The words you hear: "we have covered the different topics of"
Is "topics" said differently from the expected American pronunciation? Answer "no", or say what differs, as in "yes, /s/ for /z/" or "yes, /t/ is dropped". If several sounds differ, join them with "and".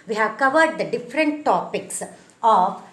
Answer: no